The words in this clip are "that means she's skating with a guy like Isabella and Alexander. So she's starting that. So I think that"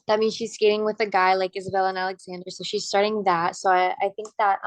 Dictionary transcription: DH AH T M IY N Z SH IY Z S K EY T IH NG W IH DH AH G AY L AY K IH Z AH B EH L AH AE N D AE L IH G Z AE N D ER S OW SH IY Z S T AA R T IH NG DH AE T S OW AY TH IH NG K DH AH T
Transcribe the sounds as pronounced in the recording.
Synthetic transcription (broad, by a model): DH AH T M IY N SH IY Z S K EY T IH NG W IH DH AH G AY L AY K IH Z AH B EH L AH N AE L IH G Z AE N D ER S OW SH IY Z S T AA R T IH NG DH AE T S OW AY TH IH NG K DH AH T